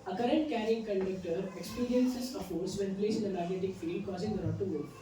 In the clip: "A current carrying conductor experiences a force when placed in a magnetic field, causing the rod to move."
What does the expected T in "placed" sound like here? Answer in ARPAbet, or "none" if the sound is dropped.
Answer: none